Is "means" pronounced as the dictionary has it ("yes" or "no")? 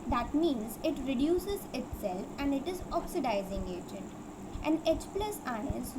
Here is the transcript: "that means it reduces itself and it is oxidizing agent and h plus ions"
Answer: yes